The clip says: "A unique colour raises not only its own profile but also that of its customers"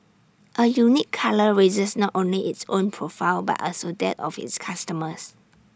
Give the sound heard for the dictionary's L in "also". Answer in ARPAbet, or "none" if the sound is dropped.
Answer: L